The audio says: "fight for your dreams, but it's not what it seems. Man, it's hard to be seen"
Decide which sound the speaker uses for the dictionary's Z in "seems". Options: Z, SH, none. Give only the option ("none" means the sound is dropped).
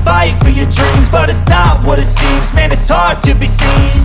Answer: Z